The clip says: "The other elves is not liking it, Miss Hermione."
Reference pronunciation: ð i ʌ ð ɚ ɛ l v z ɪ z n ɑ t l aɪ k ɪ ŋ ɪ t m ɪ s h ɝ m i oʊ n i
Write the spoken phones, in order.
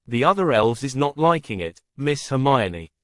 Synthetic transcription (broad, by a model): ð i ʌ ð ɚ ɛ l v z ɪ z n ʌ t l aɪ k ɪ ŋ ɪ t m ɪ s h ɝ m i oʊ n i